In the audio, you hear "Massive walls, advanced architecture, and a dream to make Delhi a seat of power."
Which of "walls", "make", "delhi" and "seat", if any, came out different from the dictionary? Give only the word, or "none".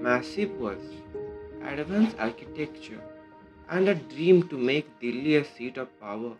walls